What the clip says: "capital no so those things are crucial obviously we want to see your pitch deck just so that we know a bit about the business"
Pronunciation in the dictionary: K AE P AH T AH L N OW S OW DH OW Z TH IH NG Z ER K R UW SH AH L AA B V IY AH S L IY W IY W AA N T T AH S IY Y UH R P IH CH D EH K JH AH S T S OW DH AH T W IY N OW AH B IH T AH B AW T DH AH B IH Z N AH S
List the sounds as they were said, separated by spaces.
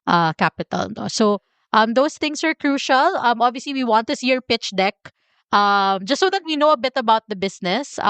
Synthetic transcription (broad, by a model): K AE P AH T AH L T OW S OW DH OW S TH IH NG S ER K R UW SH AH L AA B V IY AH S L IY W IY W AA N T T AH S IY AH R P IH CH D EH K JH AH S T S OW DH AH T W IY N OW AH B IH T AH B AW T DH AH B IH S N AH S